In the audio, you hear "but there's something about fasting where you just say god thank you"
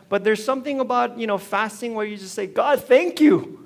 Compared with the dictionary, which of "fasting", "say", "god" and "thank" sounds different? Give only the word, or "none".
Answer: none